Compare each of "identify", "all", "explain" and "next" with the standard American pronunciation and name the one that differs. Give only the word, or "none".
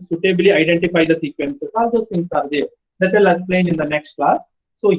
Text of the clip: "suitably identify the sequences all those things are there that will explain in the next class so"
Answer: explain